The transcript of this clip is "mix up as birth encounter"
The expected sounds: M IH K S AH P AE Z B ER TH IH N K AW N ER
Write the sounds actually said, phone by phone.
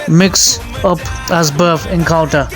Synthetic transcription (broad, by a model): M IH K S AH P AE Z B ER F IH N K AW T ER